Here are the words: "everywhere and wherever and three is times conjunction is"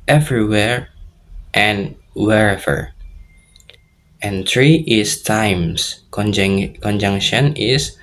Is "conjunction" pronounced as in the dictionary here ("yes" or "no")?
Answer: yes